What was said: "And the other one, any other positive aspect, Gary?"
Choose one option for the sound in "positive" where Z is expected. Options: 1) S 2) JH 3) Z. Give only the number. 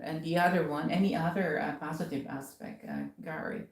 3